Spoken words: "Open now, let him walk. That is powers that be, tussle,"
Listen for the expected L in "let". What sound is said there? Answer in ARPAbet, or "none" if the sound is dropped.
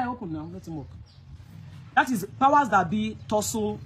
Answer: N